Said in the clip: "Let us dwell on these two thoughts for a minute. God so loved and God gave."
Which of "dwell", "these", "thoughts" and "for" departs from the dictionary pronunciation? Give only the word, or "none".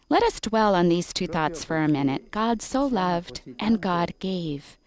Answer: none